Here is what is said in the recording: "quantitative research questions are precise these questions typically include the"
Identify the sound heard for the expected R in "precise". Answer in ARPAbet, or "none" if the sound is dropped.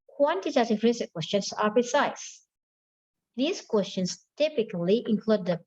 none